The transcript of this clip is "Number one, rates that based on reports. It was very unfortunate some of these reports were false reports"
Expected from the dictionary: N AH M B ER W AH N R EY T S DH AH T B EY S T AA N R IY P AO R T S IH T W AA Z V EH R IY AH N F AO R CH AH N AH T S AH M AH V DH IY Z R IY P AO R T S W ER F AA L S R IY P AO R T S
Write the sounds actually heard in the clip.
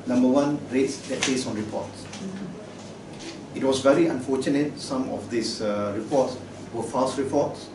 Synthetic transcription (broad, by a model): N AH M B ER W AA N R EY T S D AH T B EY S AA N R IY P AO T S IH T W AA S V EH R IY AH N F AO CH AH N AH T S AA M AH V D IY S R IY P AO T S W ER F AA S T R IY P AO T S